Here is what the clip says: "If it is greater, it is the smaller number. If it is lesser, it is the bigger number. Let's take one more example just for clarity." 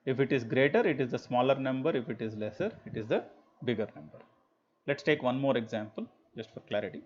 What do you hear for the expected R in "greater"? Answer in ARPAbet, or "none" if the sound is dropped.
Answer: R